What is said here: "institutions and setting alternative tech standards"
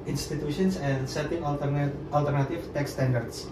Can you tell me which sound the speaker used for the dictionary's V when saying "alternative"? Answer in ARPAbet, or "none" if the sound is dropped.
F